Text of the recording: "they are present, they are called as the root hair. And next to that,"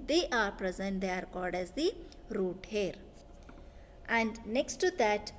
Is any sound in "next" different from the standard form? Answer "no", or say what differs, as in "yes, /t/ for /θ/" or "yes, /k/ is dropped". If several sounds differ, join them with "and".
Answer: no